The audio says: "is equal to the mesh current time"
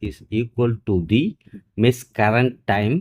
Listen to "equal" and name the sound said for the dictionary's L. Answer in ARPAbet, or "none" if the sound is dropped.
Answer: L